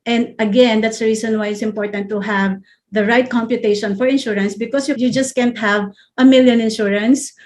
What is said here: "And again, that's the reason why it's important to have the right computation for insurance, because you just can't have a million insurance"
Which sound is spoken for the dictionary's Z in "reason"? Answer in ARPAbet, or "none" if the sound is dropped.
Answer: S